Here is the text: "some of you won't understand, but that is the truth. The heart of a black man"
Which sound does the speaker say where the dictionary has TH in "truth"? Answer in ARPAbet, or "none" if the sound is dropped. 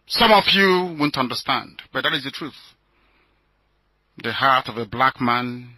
TH